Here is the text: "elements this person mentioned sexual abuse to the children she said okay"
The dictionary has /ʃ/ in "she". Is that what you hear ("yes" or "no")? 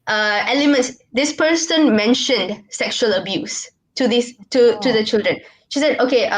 yes